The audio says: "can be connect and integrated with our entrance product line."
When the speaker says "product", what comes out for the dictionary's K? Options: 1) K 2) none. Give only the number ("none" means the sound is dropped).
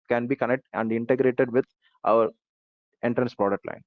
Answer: 2